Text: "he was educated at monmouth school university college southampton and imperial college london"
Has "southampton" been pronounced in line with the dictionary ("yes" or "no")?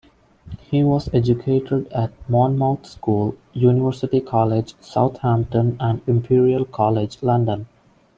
no